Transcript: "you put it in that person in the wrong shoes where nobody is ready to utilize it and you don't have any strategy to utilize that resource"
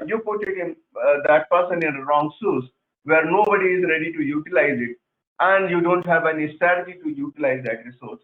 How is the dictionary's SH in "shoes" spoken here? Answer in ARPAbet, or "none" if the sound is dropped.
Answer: S